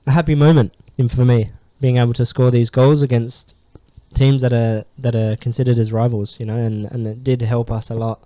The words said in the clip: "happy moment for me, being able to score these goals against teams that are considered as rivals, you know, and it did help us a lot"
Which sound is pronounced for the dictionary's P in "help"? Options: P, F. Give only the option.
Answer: P